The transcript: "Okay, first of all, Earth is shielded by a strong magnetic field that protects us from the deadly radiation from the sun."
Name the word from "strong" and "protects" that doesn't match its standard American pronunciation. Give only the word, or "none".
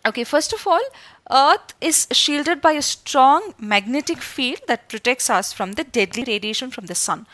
none